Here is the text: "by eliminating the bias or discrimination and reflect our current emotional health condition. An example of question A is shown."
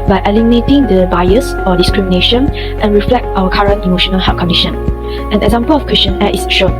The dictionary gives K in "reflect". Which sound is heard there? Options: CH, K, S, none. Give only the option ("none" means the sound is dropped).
K